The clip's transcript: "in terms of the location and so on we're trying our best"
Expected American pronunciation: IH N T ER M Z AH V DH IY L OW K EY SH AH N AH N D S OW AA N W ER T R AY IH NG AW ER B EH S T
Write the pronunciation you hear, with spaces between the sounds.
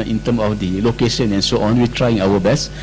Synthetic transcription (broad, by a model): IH N T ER M AH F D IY L OW K EY SH AH N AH N S OW AA N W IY T R AY IH NG AW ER B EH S